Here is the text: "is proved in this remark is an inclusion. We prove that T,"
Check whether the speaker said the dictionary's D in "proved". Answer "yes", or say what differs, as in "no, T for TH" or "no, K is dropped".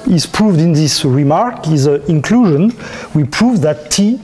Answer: yes